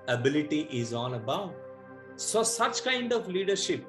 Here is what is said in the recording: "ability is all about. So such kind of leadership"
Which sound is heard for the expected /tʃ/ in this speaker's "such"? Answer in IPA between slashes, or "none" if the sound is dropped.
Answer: /tʃ/